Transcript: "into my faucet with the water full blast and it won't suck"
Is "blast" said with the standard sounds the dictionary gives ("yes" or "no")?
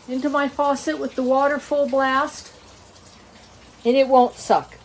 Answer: yes